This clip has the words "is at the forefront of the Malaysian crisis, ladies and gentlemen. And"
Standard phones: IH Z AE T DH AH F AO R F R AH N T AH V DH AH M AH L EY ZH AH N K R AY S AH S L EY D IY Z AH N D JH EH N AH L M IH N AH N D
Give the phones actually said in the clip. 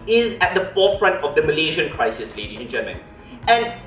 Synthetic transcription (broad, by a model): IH Z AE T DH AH F AO F R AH N T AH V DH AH M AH L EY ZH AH N K R AY S AH S L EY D IY AH N JH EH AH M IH N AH N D